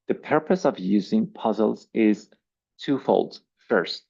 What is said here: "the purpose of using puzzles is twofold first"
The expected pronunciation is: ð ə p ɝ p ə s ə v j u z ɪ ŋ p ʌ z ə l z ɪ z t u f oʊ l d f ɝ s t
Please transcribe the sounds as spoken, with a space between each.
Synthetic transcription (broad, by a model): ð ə p ɝ p ə s ə v j u z ɪ ŋ p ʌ z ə l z ɪ z t u f oʊ l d f ɝ s t